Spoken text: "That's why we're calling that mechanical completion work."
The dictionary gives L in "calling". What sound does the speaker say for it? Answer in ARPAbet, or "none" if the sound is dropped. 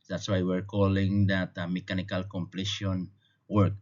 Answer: L